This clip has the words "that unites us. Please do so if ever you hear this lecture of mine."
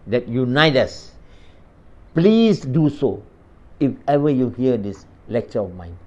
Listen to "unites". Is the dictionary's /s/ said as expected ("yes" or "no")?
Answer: no